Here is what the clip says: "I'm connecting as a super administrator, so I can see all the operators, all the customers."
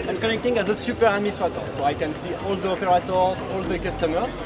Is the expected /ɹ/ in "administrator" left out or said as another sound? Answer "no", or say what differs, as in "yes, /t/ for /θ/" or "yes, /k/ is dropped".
yes, /ɹ/ is dropped